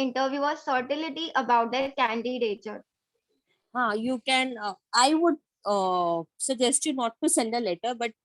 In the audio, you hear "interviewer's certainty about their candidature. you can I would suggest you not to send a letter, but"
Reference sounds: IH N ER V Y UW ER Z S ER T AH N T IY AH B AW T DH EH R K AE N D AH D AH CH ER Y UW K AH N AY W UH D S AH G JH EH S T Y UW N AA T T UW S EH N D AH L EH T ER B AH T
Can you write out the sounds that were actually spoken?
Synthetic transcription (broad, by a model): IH N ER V Y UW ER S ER T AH L T IY AH B AW T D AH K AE N D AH D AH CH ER Y UW K AH N AY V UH D S AH G JH EH S T Y UW N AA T T UW S EH N D AH L EH T ER B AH T